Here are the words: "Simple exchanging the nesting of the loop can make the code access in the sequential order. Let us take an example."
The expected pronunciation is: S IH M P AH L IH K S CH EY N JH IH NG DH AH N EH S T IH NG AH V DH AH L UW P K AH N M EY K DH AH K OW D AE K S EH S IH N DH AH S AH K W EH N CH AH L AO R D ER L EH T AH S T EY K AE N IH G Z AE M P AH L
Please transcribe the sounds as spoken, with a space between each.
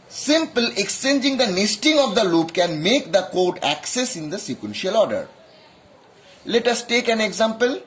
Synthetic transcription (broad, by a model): S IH M P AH L IH K S CH EY N JH IH NG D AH N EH S T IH NG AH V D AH L UW P K AH N M EY K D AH K OW D AE K S EH S IH N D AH S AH K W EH N SH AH L AO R D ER L EH T AH S T EY K AE N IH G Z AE M P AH L